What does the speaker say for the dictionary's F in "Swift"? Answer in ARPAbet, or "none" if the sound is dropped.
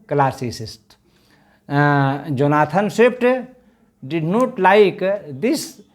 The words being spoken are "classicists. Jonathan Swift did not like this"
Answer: P